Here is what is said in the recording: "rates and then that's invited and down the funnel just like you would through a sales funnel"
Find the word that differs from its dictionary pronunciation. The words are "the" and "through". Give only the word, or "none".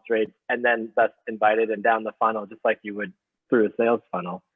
none